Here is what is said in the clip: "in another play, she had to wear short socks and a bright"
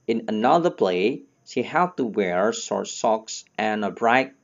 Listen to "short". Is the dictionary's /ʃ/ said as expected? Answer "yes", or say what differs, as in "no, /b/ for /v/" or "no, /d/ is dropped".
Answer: no, /s/ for /ʃ/